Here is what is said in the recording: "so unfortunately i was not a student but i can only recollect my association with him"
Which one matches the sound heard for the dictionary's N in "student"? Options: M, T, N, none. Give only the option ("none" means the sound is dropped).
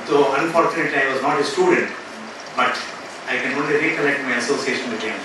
N